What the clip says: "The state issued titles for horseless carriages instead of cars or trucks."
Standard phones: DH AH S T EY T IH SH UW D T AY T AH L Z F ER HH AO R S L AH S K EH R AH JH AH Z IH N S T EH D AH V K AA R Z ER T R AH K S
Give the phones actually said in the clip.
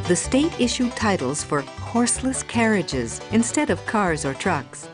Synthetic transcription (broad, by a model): DH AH S T EY T IH SH UW D T AY T L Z F ER HH AO R S L AH S K EH R AH JH AH Z IH N S T EH D AH V K AA R Z ER T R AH K S